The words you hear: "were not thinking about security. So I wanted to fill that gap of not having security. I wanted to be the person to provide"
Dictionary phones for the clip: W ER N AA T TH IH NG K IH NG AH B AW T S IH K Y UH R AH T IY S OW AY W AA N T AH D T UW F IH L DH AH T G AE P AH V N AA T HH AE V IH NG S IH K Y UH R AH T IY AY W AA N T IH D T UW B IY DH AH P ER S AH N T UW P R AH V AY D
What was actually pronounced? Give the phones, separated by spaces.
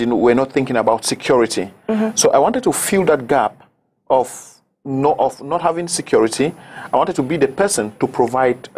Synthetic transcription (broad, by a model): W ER N AA T TH IH NG K IH NG AH B AW T S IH K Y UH R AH T IY S OW AY W AA N T AH D T UW F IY L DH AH T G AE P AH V N AA T HH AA V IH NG S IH K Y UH R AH T IY AY W AA N T IH D T UW B IY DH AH P ER S AH N T UW P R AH V AY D